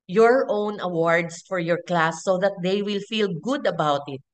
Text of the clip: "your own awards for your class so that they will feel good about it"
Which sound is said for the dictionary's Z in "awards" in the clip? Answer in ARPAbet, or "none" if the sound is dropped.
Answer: S